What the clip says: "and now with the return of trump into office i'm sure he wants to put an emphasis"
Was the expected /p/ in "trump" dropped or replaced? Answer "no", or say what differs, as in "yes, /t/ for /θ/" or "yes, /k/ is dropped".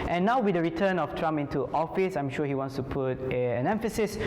yes, /p/ is dropped